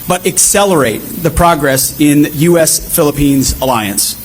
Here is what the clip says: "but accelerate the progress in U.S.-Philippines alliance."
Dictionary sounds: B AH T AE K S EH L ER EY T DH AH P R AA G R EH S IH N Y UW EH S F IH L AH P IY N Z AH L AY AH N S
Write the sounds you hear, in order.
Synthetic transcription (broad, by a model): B AH T AE K S EH L ER EY T DH AH P R AA G R EH S IH N Y UW EH S F IH L AH P IY N Z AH L AY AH N S